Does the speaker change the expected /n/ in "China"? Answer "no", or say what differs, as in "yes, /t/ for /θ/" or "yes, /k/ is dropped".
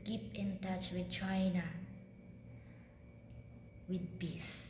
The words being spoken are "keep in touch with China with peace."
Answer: no